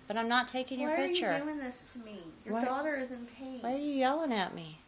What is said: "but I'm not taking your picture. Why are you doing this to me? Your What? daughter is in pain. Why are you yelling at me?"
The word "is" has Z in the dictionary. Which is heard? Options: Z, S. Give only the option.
Z